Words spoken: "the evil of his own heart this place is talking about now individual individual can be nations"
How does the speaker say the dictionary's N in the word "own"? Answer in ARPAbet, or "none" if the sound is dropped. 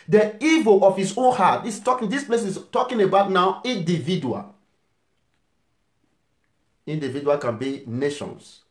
N